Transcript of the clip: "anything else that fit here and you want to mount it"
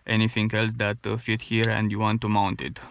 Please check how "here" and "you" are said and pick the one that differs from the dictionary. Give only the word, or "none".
none